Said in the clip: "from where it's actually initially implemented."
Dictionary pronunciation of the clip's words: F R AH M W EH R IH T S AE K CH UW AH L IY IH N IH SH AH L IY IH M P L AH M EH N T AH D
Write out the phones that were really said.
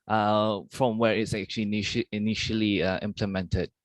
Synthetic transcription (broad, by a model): F R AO M W EH R IH T S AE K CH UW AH N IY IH N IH SH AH L IY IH M P L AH M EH N T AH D